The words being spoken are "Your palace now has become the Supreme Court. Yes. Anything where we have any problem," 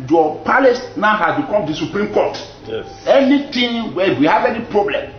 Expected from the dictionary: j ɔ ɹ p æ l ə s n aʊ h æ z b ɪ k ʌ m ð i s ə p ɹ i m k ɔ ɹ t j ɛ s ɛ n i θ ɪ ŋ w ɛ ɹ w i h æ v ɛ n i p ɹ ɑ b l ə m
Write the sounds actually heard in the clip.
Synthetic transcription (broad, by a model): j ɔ p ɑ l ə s n aʊ h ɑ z b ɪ k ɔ m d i s ə p ɹ i m k ɔ t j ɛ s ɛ n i t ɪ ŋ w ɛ w i h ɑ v ɛ n i p ɹ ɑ b l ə m